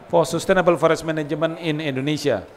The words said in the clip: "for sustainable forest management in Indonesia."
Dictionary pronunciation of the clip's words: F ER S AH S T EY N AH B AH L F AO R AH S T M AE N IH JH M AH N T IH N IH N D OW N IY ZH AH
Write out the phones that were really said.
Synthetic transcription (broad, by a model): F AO S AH S T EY N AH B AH L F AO R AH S M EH N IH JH M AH N IH N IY N D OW N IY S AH